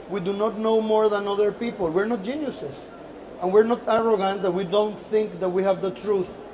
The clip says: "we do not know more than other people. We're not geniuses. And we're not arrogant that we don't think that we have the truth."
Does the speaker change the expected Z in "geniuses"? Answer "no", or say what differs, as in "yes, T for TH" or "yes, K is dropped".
yes, S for Z